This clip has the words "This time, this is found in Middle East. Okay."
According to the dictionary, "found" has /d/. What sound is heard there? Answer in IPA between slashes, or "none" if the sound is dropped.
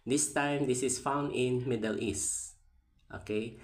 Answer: /d/